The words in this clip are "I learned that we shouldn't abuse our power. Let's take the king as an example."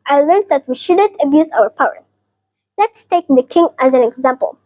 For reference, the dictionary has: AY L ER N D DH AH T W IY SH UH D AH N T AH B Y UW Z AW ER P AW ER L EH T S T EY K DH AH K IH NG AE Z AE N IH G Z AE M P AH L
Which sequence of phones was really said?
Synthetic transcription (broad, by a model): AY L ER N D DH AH T W IY SH UH D AH N T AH B Y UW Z AW ER P AW ER L EH T S T EY K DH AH K IH NG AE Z AE N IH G Z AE M P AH L